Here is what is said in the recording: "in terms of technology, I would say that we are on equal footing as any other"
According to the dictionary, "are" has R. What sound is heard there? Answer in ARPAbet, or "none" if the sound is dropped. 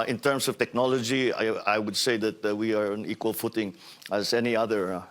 R